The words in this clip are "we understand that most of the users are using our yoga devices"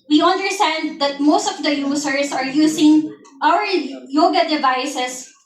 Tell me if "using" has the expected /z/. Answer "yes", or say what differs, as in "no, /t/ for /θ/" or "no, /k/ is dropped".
no, /s/ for /z/